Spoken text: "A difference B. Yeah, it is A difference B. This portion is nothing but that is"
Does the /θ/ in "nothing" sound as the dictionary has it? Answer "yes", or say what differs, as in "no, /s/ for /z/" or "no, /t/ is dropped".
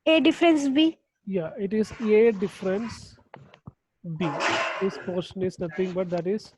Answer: no, /t/ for /θ/